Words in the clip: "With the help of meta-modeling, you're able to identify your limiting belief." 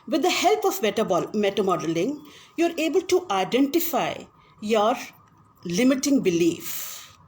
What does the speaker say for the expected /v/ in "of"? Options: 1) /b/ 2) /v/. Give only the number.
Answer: 1